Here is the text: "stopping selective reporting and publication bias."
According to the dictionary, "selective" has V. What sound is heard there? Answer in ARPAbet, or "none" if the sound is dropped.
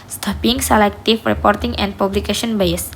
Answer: F